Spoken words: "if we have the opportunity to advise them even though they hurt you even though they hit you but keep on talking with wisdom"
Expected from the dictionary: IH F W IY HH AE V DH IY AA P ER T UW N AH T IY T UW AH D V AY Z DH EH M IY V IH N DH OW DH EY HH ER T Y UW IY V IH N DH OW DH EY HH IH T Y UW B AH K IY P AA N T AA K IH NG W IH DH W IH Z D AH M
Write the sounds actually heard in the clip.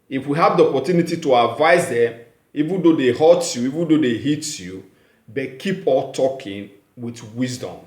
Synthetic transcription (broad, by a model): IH F W IY HH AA V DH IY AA P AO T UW N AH T IY T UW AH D V AY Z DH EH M IY V IH N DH OW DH EY HH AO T Y UW IY V IH N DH OW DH EY HH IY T Y UW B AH K IY P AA L T AA K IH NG W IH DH W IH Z D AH M